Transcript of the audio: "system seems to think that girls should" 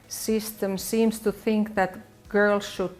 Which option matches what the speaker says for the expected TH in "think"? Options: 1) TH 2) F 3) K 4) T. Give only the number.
1